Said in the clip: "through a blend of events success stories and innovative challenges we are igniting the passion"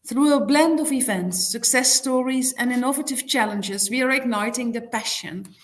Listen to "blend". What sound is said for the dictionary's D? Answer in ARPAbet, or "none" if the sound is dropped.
D